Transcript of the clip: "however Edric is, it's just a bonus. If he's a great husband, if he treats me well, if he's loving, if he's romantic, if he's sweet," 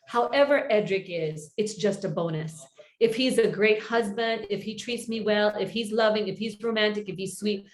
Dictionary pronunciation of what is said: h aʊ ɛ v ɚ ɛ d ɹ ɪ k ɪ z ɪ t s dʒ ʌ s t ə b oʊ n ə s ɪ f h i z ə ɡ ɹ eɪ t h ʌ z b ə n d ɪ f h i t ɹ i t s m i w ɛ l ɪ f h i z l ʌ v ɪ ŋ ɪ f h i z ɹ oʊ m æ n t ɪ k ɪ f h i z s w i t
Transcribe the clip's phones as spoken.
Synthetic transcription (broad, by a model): h aʊ ɛ v ɚ ɛ d ɹ ɪ k ɪ z ɪ t s dʒ ʌ s t ə b oʊ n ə s ɪ f h i z ə ɡ ɹ eɪ t h ʌ z b ə n d ɪ f h i t ɹ i t s m i w ɛ l ɪ f h i z l ʌ v ɪ ŋ ɪ f h i z ɹ oʊ m æ n t ɪ k ɪ f h i z s w i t